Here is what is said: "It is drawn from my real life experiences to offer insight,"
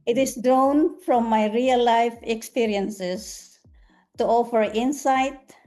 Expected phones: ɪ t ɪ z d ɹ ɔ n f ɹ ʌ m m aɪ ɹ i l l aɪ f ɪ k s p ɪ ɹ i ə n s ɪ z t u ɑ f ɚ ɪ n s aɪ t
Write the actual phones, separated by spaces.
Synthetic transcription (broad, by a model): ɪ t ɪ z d ɹ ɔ n f ɹ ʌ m m aɪ ɹ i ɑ l aɪ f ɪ k s p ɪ ɹ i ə n s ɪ s t u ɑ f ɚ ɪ n s aɪ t